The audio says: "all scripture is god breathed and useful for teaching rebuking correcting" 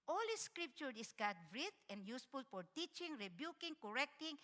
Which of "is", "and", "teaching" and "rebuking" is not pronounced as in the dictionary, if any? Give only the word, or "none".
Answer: is